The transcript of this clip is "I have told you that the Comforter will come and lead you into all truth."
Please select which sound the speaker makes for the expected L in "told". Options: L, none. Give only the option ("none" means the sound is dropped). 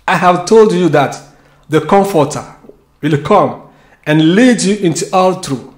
L